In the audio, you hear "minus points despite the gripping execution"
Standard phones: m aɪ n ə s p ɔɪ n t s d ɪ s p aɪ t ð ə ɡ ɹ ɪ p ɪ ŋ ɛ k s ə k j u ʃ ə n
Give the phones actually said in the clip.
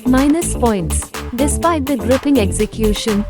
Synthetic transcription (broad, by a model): m aɪ n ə s p ɔɪ n t s d ɪ s p aɪ t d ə ɡ ɹ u p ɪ ŋ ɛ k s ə k j u ʃ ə n